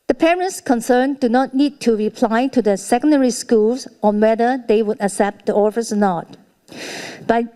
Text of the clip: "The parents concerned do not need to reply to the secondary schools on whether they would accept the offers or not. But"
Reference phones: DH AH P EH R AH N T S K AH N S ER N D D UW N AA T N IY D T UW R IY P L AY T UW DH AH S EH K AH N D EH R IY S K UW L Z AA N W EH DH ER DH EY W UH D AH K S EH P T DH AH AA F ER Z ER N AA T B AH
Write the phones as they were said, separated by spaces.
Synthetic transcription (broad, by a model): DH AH P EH R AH N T S K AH N S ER N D D UW N AA T N IY D T UW R IY P L AY T UW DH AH S EH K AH N D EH R IY S K UW L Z AA N W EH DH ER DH EY W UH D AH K S EH P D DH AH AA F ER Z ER N AA T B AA